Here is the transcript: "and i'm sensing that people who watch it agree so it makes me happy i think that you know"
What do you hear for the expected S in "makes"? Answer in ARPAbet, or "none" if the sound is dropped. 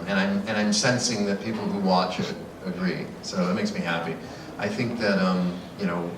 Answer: S